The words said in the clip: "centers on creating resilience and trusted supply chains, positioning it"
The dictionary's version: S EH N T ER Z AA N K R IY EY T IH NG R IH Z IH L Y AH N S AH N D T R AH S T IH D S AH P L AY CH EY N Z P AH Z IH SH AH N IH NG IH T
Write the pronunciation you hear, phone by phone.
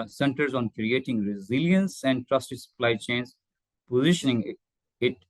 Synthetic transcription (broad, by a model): S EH N T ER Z AA N K R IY EY T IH NG R IH Z IH L Y AH N S AH N D T R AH S T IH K S AH P L AY CH EY N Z P AH Z IH SH AH N IH NG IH T